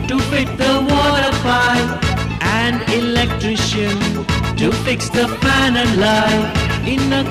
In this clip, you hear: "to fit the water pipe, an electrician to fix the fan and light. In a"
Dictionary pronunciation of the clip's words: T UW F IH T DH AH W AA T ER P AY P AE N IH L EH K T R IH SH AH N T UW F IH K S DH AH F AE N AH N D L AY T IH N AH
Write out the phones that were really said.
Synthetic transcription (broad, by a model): T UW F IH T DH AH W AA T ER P AY AE N IH L EH K T R IH SH AH N T UW F IH K S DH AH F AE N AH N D L AY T IH N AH